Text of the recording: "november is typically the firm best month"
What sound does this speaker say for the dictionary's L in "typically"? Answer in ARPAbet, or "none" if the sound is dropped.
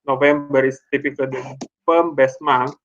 none